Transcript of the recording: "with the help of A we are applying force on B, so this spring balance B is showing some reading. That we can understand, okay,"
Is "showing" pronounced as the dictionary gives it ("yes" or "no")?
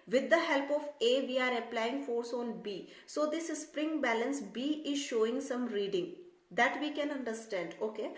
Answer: yes